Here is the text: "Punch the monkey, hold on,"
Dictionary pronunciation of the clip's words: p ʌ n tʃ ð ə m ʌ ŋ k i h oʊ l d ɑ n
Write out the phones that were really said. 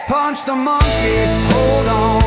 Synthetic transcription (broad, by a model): p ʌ n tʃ ð ə m ʌ ŋ k i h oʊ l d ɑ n